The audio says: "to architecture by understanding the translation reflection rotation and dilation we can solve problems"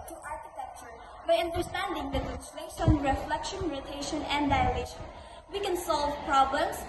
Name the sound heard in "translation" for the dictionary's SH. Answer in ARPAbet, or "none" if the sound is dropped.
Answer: S